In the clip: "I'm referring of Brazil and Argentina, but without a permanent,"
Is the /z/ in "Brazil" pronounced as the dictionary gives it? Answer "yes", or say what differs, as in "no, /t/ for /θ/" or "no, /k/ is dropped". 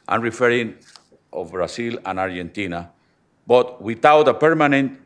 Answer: no, /s/ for /z/